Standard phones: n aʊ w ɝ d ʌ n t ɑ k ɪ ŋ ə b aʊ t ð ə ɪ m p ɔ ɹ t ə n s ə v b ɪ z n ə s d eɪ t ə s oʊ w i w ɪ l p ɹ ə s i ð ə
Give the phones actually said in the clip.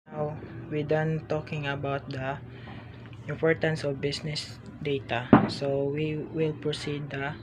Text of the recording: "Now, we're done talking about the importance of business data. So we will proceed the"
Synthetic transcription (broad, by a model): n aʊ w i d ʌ n t ɑ k ɪ ŋ ə b aʊ t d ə ɪ m p ɔ ɹ t ə n s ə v b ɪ s n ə s d eɪ t ə s oʊ w i w ɪ l p ɹ ə s i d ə